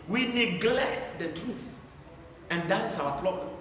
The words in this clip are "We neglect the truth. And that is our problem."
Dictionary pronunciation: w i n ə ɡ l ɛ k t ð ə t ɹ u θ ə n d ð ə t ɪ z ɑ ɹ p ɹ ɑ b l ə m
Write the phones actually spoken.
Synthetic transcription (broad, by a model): w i n ə ɡ l ɛ k t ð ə t ɹ u θ ə n d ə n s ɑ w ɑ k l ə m